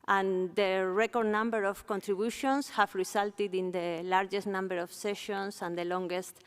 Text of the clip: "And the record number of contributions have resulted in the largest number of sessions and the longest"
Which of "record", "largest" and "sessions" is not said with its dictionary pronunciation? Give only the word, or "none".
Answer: sessions